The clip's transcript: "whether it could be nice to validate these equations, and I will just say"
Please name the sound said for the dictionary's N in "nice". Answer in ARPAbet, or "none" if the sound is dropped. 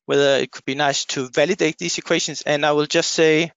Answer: N